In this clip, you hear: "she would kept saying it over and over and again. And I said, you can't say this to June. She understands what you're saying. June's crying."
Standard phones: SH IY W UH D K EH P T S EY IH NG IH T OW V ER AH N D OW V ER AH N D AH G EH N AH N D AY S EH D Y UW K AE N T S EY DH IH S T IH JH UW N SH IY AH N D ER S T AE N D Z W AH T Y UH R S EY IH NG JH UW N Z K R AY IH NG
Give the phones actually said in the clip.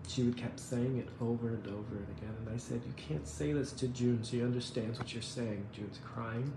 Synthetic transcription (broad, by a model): SH IY W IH D K EH P S EY IH NG IH T OW V ER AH N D OW V ER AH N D AH G EH N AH N AY S EH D Y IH K AE N T S EY DH IH S T IH JH UW N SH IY AH N D ER S T AE N D Z W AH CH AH R S EY IH NG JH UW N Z K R AY IH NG